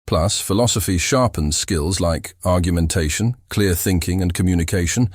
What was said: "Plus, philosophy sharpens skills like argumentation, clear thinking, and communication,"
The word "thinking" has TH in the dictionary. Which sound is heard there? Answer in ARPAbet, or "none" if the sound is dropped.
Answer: TH